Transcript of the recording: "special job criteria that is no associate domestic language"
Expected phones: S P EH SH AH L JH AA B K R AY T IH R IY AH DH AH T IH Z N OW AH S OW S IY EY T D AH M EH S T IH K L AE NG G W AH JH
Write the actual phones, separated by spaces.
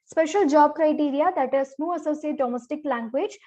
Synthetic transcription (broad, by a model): S P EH SH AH L JH AA B K R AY T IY R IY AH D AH T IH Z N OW AH S OW S IY EY T D AH M EH S T IH K L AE NG G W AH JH